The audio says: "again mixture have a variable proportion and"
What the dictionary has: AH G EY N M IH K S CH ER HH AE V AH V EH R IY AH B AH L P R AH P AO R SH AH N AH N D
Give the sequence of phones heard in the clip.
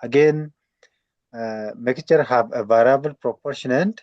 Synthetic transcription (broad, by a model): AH G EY N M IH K CH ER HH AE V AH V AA R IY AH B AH L P R AH P AO R SH AH N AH N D